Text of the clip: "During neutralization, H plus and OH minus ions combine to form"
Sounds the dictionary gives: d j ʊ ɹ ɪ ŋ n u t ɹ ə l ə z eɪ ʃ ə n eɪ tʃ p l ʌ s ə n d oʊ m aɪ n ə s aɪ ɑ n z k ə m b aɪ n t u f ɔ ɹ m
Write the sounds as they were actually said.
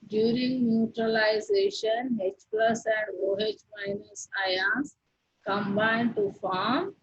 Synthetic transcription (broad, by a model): d j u ɹ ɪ ŋ n u t ɹ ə l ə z eɪ ʃ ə n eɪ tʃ p l ʌ s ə n d oʊ m aɪ n ə s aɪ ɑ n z k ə m b aɪ n t u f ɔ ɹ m